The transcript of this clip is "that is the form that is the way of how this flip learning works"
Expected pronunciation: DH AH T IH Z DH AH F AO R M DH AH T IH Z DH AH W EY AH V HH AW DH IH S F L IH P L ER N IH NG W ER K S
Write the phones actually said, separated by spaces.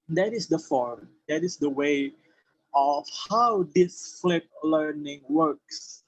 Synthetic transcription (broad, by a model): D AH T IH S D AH F AO R M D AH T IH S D AH W EY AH F HH AW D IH S F L IH P L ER N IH NG W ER K S